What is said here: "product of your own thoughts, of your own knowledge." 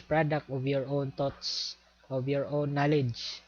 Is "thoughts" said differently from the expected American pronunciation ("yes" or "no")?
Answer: yes